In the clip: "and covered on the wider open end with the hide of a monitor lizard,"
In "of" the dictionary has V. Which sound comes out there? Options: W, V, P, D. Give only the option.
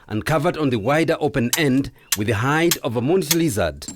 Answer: V